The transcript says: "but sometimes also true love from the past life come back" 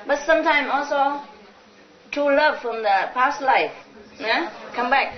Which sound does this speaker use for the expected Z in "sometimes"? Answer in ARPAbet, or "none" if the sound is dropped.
none